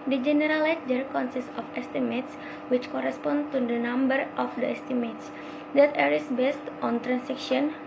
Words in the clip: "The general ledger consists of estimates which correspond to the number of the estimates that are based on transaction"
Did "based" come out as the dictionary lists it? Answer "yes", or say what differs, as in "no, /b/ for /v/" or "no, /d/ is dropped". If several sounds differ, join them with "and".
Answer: yes